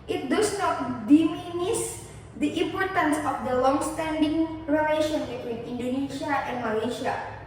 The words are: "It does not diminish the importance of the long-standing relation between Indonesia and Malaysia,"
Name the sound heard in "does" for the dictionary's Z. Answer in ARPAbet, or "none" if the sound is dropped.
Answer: S